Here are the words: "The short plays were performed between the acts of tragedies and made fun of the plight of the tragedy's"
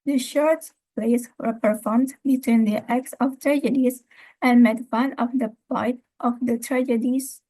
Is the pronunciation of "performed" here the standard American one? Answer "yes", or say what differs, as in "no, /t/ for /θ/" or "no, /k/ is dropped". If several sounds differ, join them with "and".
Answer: yes